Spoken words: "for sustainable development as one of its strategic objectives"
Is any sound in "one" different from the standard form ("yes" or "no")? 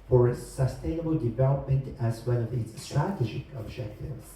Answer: yes